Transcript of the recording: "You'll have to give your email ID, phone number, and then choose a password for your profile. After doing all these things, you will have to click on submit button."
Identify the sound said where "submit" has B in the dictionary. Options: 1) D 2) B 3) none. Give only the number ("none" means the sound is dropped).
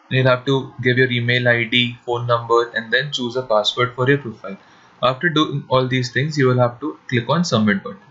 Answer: 3